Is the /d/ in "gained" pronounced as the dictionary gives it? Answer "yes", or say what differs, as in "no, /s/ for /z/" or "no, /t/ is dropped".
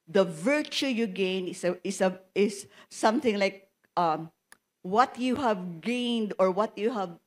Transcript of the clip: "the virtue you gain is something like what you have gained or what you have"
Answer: yes